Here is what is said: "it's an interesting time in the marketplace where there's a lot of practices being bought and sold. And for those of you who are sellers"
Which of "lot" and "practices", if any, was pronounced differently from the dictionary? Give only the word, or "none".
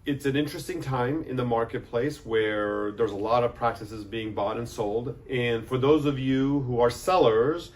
none